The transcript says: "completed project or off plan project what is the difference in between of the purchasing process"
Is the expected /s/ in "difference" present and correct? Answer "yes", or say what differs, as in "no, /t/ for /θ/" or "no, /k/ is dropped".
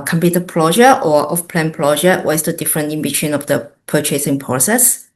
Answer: no, /s/ is dropped